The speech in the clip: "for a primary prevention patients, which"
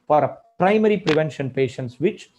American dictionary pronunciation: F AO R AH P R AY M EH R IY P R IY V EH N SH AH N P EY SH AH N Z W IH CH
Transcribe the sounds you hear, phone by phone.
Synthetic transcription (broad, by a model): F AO R AH P R AY M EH R IY P R IY V EH N SH AH N P EY SH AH N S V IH CH